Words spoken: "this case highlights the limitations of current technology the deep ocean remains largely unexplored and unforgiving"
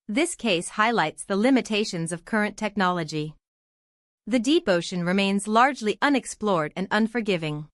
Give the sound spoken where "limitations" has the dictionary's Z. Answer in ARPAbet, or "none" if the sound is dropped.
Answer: Z